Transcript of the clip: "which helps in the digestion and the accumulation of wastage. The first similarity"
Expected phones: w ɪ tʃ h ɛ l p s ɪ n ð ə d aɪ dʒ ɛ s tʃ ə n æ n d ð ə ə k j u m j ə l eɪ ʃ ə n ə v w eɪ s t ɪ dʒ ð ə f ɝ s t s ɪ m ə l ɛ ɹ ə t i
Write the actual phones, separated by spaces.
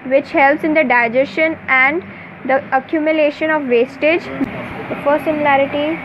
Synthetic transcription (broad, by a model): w ɪ tʃ h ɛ l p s ɪ n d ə d aɪ dʒ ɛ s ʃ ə n æ n d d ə ə k j u m j ə l eɪ ʃ ə n ə v eɪ s t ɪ dʒ f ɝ t s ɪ m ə l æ ɹ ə t i